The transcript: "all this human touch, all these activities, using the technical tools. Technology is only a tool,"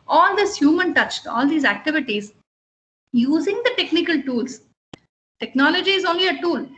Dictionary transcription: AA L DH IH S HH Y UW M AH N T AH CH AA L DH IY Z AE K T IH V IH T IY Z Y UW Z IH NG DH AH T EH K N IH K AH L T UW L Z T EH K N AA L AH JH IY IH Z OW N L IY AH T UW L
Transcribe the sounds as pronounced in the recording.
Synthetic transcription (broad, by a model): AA L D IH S HH Y UW M AH N T AH CH AA L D IY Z AE K T IH V IH T IY Z Y UW Z IH NG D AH T EH K N IH K AH L T UW L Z T EH K N AA L AH JH IY IH Z OW N L IY AH T UW L